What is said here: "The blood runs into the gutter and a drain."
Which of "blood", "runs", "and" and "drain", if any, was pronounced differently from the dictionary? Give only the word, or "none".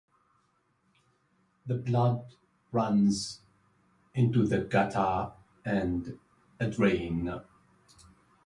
none